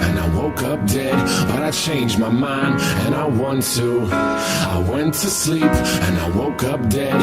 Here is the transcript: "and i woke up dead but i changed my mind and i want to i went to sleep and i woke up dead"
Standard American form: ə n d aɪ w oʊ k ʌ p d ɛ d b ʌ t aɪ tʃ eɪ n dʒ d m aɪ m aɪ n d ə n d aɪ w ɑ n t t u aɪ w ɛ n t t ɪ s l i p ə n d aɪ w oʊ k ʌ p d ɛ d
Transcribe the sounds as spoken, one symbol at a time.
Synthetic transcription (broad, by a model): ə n aɪ w oʊ k ʌ p d ɛ d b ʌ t aɪ tʃ eɪ n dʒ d m aɪ m aɪ n d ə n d aɪ w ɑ n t t u aɪ w ɛ n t t ɪ s l i p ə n aɪ w oʊ k ʌ p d ɛ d